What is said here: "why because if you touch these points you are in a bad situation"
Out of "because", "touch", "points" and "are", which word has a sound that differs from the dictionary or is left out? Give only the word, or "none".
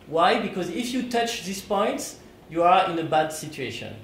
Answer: none